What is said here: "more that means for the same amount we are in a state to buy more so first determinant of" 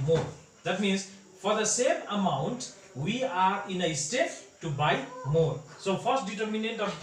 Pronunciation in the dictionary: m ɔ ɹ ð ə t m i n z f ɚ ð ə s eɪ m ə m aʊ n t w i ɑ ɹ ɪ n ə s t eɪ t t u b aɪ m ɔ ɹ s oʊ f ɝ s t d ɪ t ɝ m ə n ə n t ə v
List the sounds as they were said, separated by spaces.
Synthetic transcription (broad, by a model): m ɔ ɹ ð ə t m i n z f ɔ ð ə s eɪ m ə m aʊ n t w i ɑ ɹ ɪ n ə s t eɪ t t u b aɪ m ɔ ɹ s oʊ f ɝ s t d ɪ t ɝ m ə n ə t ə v